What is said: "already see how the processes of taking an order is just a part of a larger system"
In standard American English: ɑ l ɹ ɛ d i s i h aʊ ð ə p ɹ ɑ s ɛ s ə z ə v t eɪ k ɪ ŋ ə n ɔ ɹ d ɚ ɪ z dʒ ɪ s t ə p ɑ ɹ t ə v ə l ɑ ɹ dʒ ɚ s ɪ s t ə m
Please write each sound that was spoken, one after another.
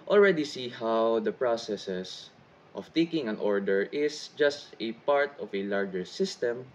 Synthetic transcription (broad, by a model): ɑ l ɹ ɛ d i s i h aʊ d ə p ɹ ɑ s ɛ s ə s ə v t eɪ k ɪ ŋ ə n ɔ ɹ d ɚ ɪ s dʒ ɪ s t ə p ɑ ɹ t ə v ə l ɑ ɹ dʒ ɚ s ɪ s t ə m